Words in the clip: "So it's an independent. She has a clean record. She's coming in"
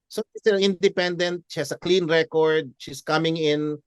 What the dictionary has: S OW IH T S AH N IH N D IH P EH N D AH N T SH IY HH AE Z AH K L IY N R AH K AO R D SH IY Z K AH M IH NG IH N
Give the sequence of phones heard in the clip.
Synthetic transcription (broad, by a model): S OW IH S AH N IH N D IH P EH N D AH N T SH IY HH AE S AH K L IY N R AH K AO R D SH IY S K AH M IH NG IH N